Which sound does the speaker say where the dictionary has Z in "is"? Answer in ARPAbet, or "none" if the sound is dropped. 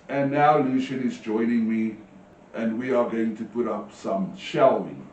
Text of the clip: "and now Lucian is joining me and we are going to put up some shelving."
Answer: Z